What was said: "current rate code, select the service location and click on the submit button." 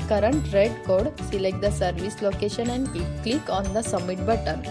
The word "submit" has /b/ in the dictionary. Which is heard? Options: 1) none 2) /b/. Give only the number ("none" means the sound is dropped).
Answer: 1